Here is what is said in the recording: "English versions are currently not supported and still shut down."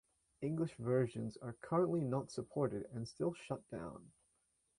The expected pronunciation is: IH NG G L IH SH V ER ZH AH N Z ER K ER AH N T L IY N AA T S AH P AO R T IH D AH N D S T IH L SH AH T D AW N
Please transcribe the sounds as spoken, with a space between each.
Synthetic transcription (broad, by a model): IH NG G L IH SH V ER ZH AH N Z ER K ER AH N T L IY N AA T S AH P AO R T IH D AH N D S T IH L SH AH T D AW N